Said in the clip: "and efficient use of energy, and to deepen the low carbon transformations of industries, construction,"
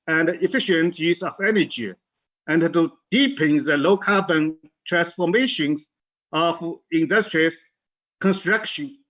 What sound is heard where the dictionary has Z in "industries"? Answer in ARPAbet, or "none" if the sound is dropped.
S